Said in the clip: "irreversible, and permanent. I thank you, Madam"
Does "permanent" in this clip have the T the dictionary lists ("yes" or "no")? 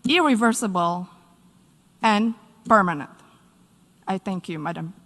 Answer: yes